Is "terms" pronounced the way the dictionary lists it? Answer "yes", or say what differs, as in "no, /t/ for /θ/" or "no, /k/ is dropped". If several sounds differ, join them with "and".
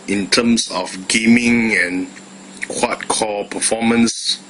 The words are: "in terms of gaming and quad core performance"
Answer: no, /s/ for /z/